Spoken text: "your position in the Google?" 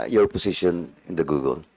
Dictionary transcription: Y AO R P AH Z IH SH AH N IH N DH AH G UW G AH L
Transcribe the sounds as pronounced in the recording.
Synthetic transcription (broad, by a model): Y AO R P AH S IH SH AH N IH N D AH G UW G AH L